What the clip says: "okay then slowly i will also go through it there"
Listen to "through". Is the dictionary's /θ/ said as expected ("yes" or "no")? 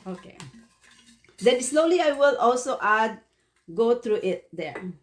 no